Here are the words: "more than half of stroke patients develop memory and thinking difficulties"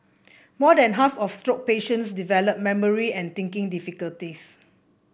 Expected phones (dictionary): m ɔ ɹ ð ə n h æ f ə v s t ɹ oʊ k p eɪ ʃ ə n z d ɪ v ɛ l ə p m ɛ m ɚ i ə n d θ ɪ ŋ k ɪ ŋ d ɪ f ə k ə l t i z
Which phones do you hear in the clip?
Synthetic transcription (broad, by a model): m ɔ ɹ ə n h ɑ f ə f s t ɹ oʊ k p eɪ ʃ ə n s d ɪ v ɛ l ə p m ɛ m ɚ i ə n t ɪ ŋ k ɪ ŋ d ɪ f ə k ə l t i s